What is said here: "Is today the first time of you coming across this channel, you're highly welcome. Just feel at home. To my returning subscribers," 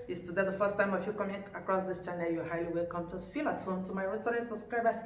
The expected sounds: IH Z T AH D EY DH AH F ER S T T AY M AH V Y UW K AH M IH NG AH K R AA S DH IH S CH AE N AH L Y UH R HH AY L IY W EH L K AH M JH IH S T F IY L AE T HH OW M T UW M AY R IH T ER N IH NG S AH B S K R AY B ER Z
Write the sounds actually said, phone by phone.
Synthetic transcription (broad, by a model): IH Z T AH D EY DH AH F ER S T T AY M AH F Y UW K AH M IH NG AH K R AA S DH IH S CH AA N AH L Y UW HH AY L IY W EH L K AH M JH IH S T F IY L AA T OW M T UW M AY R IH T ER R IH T S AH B S K R AY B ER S